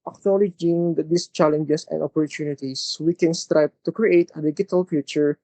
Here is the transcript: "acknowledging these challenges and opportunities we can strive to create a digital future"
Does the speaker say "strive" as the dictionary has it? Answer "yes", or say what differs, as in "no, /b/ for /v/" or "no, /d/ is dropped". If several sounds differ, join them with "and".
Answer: no, /b/ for /v/